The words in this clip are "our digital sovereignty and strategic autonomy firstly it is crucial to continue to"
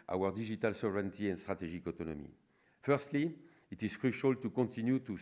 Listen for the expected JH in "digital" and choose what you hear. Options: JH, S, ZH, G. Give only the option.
ZH